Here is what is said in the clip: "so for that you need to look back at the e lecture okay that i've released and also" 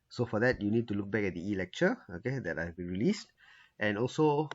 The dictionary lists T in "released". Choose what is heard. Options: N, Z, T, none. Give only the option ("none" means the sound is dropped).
T